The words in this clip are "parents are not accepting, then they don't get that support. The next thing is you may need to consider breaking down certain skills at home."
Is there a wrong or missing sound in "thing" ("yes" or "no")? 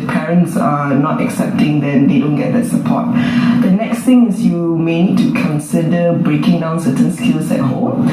yes